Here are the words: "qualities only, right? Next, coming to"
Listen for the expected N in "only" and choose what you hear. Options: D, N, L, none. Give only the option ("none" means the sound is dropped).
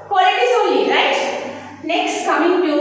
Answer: none